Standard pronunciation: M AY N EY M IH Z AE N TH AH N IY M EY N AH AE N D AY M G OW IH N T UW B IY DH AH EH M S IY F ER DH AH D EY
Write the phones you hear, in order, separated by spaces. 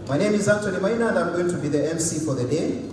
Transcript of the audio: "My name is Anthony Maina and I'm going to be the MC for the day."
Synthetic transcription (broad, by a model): M AY N EY M IH Z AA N T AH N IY M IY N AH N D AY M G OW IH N T UW B IY DH AH EH M S IY F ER DH AH D EY